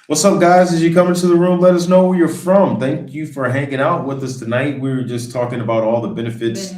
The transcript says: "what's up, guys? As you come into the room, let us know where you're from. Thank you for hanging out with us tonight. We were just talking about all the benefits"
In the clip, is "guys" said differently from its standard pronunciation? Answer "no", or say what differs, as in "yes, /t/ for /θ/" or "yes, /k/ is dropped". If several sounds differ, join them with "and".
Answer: no